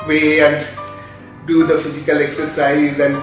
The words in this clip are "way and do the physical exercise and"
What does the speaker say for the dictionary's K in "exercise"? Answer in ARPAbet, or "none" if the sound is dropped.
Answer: K